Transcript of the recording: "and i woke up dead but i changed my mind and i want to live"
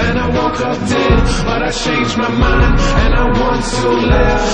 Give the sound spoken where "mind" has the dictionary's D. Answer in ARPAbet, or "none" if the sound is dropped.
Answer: none